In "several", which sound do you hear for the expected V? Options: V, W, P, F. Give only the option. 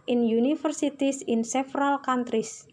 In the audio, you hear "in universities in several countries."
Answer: F